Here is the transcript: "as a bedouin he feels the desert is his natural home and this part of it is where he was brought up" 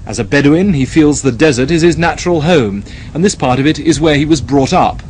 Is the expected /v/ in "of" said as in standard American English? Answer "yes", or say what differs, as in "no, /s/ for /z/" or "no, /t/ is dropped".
yes